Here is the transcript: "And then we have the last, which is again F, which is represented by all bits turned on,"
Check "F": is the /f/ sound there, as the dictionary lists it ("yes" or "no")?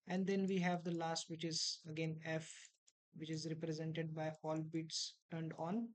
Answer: yes